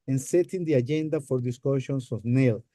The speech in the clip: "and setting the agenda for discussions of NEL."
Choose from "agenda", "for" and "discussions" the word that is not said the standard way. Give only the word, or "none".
discussions